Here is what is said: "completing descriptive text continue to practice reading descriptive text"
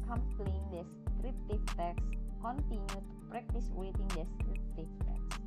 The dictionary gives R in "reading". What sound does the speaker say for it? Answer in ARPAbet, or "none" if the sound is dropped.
W